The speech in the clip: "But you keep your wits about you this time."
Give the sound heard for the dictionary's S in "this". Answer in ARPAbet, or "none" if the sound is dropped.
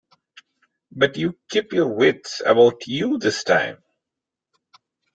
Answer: S